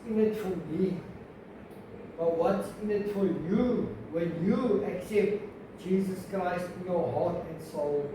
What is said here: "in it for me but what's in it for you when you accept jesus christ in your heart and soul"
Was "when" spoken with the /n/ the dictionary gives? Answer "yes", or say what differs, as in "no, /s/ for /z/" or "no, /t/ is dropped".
no, /l/ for /n/